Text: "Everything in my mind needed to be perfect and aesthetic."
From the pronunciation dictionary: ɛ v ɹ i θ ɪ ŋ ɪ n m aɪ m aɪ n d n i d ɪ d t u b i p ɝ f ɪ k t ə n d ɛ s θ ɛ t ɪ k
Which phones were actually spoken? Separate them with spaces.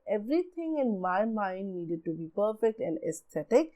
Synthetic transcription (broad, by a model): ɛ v ɹ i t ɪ ŋ ɪ n m aɪ m aɪ n d n i d ɪ d t u b i p ɝ f ɪ k t ə n d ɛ s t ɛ t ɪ k